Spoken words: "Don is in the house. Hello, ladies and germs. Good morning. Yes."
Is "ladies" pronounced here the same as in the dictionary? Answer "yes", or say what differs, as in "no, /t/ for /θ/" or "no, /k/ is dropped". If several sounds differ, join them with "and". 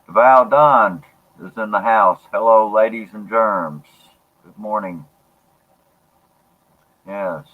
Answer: yes